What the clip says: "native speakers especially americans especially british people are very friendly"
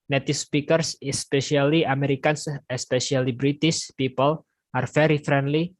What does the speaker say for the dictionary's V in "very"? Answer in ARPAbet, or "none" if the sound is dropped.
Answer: F